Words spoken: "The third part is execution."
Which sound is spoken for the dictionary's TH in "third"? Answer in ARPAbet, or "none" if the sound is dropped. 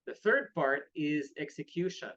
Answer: TH